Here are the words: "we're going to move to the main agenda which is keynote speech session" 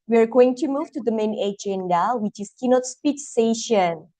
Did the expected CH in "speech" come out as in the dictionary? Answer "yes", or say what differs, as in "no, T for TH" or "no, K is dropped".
no, S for CH